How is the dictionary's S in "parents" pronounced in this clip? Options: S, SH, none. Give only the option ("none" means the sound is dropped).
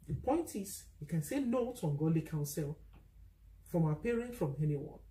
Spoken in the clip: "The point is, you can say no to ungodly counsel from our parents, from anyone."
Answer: none